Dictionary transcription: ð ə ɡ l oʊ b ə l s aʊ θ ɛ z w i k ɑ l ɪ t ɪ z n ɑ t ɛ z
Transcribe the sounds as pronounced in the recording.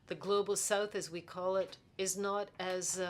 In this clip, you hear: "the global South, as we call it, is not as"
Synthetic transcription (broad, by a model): ð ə ɡ l oʊ b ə l s aʊ θ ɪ z w i k ɑ l ɪ t ɪ z n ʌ t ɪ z